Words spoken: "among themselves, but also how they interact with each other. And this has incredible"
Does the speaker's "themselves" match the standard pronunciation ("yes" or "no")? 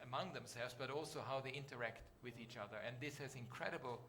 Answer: yes